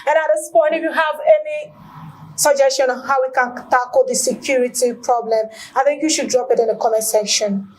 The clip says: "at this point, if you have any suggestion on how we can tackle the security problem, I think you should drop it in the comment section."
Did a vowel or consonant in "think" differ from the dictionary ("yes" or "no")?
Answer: no